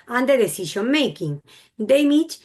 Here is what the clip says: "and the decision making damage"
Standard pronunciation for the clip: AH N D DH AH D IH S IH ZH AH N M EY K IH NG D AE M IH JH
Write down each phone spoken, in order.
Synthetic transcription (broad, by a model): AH N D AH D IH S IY SH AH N M EY K IH NG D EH M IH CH